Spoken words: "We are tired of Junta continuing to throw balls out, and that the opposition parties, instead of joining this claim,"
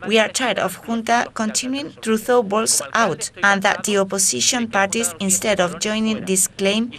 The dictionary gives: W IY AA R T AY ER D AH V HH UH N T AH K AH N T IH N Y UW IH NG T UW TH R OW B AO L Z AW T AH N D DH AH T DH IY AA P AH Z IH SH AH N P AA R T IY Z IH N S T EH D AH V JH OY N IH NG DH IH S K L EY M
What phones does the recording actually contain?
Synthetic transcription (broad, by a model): W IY AA R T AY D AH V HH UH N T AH K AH N T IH N Y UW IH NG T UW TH OW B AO L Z AW T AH N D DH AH T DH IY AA P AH S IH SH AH N P AA R T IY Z IH N S T EH D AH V JH OY N IH NG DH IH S K L EY M